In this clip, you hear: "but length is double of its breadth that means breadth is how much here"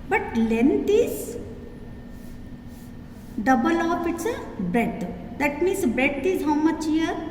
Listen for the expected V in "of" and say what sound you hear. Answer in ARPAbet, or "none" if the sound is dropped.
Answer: P